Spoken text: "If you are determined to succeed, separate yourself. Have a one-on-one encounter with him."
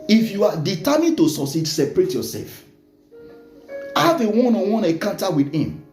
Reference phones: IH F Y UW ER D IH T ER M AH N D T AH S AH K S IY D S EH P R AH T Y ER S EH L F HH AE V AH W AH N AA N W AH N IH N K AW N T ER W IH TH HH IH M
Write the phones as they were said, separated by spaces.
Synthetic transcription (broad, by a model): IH F Y UW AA D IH T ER M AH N T AH S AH S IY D S EH P R AH T Y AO S EH L F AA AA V AH W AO N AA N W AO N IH K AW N T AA W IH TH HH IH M